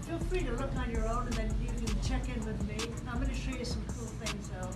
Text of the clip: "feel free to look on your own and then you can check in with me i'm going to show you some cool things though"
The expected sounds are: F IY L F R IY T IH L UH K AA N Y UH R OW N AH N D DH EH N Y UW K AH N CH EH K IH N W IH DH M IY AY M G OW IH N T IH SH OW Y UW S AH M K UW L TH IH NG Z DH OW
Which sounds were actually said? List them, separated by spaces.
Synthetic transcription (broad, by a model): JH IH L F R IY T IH L UH K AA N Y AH R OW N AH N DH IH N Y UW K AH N CH EH K IH N W IH DH M IY AY M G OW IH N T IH SH OW Y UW S AH M K UW L TH IH NG Z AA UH